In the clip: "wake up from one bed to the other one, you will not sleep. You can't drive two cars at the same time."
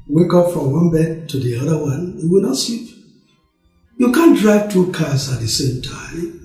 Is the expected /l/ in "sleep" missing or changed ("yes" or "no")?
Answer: yes